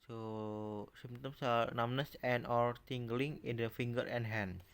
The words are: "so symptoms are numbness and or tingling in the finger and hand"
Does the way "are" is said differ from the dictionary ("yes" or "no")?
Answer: yes